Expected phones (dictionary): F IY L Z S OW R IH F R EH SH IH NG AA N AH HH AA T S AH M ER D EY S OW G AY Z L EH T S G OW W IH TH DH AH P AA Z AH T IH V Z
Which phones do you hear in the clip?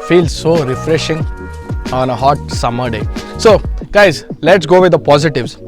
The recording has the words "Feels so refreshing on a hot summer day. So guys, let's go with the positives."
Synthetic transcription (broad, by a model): F IY L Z S OW R IH F R EH SH IH NG AA N AH HH AA T S AH M ER D EY S OW G AY Z L EH T S G OW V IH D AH P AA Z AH T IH V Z